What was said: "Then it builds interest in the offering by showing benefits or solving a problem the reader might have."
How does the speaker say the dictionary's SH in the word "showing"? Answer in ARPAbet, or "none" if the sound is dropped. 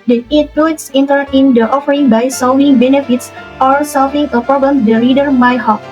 S